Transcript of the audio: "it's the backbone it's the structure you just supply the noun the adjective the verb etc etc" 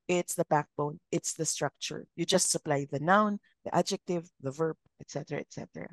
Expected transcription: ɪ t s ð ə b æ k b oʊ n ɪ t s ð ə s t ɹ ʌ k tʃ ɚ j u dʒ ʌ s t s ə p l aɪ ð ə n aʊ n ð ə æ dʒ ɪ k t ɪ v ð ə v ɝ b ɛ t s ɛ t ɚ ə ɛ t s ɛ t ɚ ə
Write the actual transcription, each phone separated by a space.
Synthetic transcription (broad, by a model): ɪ t s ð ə b æ k b oʊ n ɪ t s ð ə s t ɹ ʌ k tʃ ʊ j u dʒ ʌ s t s ə p l aɪ ð ə n aʊ n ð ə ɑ dʒ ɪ k t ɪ v ð ə v ɝ b ɛ t s ɛ t ɚ ə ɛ t s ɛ t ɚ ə